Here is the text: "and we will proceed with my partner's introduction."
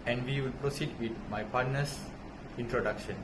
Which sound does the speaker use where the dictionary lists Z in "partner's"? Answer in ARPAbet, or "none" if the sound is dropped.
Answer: S